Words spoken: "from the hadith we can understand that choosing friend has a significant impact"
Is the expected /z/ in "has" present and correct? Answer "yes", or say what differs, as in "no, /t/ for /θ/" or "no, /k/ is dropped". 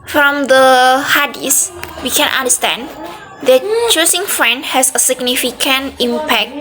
no, /s/ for /z/